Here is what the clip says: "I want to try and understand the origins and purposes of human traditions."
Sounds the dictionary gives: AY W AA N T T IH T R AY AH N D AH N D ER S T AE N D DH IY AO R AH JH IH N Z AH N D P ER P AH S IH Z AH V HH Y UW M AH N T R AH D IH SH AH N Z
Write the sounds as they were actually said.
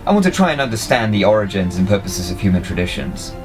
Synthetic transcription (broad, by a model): AY W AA N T T IH T R AY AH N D AH N D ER S T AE N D DH IY AO R AH JH IH N Z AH N P ER P AH S IH Z AH V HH Y UW M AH N T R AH D IH SH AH N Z